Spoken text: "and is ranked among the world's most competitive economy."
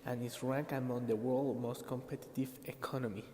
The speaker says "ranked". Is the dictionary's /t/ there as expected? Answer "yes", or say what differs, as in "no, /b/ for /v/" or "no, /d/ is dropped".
no, /t/ is dropped